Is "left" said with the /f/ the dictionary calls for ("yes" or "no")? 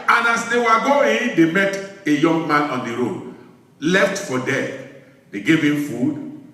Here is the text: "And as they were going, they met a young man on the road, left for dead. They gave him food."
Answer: yes